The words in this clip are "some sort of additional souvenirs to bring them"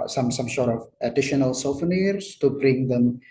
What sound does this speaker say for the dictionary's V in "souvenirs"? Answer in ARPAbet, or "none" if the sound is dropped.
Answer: F